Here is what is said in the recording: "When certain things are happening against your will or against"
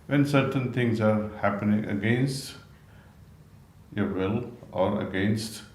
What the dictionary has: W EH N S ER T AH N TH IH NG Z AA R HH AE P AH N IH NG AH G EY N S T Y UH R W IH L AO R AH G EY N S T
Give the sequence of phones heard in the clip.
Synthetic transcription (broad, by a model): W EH N S ER T AH N T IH NG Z AA R HH AE P AH N IH NG AH G EY N S T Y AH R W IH L AO R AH G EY N S T